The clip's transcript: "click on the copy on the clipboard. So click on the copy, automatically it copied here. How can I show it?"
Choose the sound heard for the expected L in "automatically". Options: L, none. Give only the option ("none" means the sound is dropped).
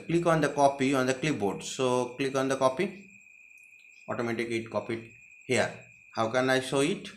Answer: none